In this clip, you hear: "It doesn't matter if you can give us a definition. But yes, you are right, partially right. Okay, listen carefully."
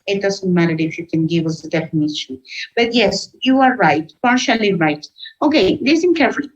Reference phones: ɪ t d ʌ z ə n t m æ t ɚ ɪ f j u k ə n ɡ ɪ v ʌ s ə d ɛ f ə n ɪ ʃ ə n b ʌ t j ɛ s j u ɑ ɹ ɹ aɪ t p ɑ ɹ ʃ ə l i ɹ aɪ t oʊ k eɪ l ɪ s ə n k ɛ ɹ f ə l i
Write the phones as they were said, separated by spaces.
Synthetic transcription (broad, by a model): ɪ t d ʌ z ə n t m æ t ɚ ɪ f j u k ə n ɡ ɪ v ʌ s ə d ɛ f ə n ɪ ʃ ə n b ʌ t j ɛ s j u ɑ ɹ ɹ aɪ t p ɑ ɹ ʃ ə l i ɹ aɪ t oʊ k eɪ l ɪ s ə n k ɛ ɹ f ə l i